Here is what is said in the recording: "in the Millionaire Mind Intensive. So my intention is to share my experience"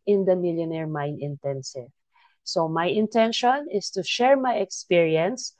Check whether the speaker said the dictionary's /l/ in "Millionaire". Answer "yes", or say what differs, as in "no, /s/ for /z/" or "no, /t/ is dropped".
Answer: yes